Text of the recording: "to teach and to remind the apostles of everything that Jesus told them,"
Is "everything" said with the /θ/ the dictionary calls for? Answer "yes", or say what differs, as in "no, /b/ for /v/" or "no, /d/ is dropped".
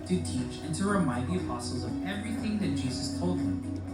yes